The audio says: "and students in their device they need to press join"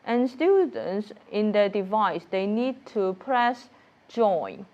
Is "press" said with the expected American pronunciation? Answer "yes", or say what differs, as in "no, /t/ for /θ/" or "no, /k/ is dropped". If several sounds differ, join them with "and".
yes